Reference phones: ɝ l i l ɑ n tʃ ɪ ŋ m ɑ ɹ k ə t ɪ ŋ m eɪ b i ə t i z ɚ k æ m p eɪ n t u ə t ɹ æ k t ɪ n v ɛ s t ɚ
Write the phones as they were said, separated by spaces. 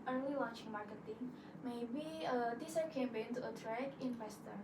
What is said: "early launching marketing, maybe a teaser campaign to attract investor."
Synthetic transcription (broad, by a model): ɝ l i w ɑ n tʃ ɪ ŋ m ɑ ɹ k ə t ɪ ŋ m eɪ b i ə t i s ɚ k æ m b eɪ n t u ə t ɹ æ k ɪ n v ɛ s t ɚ